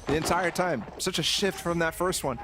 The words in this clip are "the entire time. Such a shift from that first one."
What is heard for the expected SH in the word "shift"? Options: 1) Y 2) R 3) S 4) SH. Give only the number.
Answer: 4